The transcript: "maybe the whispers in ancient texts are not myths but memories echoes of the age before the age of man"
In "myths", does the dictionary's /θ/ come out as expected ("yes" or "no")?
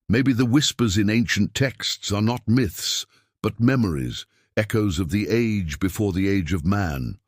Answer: yes